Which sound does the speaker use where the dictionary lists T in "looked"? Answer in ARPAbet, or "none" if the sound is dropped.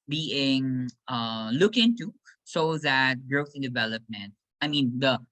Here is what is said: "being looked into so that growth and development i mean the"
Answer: none